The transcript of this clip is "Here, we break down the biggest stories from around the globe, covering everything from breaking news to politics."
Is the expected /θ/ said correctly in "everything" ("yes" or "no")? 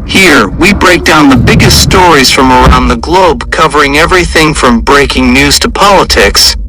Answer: yes